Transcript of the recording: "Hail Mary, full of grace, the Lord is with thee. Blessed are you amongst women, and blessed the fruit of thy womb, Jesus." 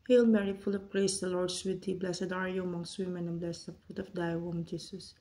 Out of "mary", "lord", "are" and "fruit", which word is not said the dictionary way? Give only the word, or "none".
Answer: fruit